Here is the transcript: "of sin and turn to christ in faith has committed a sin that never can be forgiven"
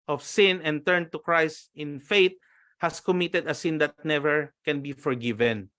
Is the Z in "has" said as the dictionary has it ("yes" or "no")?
no